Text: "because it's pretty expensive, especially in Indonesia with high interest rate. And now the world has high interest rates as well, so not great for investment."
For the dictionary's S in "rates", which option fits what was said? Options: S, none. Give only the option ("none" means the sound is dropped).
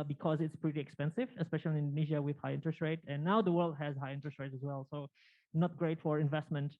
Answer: none